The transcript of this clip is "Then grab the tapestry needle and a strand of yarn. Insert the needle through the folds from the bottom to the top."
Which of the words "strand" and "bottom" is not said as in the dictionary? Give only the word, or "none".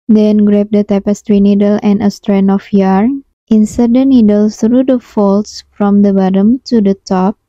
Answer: strand